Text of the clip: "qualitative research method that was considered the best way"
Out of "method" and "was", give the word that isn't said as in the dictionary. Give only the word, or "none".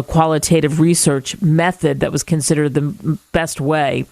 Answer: none